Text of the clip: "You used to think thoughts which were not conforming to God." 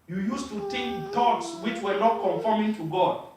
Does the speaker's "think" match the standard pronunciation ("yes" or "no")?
no